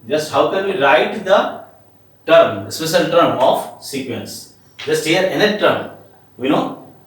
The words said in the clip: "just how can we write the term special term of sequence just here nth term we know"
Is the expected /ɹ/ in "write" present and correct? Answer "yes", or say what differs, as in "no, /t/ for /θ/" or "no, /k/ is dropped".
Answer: no, /l/ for /ɹ/